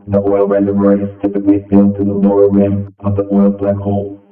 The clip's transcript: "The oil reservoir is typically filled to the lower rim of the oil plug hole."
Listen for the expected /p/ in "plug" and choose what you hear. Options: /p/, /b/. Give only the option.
/b/